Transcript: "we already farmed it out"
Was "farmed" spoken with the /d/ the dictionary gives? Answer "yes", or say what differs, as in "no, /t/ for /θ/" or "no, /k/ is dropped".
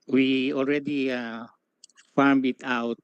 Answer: no, /d/ is dropped